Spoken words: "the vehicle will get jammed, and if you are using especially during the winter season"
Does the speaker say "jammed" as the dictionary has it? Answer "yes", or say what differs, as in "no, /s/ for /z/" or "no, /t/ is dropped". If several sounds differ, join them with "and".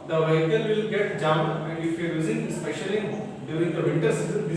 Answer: no, /d/ is dropped